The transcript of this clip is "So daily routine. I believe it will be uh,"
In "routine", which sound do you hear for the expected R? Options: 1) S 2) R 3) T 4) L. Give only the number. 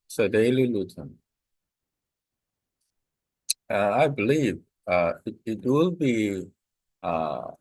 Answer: 4